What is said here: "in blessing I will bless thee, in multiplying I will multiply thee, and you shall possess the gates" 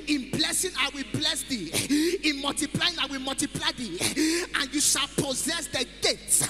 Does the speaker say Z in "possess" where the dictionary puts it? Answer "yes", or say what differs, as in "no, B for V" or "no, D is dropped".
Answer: yes